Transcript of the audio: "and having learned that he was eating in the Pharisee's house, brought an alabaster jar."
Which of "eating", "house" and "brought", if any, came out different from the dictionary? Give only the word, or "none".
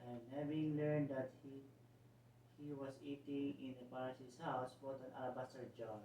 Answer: brought